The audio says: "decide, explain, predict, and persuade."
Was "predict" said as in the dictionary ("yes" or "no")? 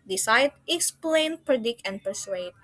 no